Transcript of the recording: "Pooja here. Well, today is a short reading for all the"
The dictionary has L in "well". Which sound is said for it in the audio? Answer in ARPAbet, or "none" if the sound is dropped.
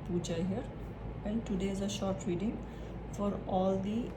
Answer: N